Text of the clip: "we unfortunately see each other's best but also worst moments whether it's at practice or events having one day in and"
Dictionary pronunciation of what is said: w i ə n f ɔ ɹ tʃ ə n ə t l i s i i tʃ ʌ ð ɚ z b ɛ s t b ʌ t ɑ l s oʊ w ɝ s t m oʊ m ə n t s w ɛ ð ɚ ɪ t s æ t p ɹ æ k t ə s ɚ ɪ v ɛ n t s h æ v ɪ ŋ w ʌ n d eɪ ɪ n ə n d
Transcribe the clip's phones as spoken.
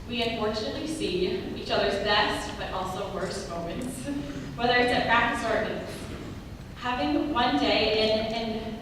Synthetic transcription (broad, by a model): w i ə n f ɔ ɹ tʃ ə n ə t l i s i i tʃ ʌ ð ɚ z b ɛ s t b ʌ t ɑ l s oʊ w ɝ s t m oʊ m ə n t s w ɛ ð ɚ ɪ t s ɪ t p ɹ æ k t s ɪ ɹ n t h æ v ɪ ŋ w ʌ n d eɪ ɪ n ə n